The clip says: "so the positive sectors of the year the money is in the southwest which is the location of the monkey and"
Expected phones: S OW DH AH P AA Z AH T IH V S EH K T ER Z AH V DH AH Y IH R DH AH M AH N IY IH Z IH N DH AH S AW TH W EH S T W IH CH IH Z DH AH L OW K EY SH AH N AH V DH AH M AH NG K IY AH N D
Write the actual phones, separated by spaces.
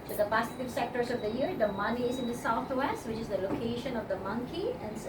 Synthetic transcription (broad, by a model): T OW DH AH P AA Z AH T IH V S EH K T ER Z AH V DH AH Y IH R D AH M AH N IY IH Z IH N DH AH S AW T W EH S T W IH CH IH Z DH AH L OW K EY SH AH N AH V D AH M AH NG K IY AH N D